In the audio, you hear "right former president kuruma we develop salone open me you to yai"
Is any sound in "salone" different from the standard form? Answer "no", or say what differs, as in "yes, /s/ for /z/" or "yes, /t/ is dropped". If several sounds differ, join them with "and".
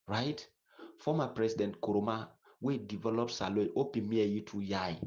yes, /n/ is dropped